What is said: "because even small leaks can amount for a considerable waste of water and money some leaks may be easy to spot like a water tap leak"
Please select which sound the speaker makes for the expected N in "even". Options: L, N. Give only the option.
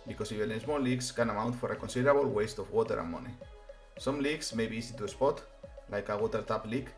L